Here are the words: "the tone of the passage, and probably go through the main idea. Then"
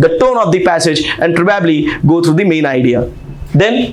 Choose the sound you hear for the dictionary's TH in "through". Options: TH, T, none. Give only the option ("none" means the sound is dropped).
T